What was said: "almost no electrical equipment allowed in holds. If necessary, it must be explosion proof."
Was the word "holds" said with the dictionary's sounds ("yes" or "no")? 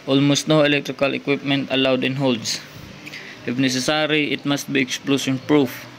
no